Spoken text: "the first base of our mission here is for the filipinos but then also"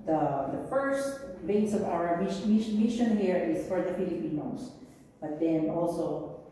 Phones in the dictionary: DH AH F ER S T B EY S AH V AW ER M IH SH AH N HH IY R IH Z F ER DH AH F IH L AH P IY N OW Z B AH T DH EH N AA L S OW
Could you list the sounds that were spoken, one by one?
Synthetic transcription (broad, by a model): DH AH F ER S T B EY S AH V AW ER M IH SH AH N HH IY R IH Z F ER DH AH P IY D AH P IY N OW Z B AH T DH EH N AA L S OW